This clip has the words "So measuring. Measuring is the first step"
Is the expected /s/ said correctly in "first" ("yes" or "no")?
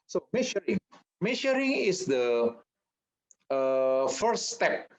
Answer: no